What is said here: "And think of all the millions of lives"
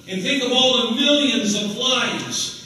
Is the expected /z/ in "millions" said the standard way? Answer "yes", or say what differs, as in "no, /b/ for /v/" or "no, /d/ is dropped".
yes